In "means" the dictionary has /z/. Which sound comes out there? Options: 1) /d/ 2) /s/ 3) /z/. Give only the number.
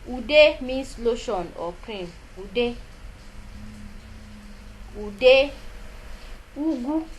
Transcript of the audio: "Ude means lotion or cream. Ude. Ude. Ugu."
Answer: 2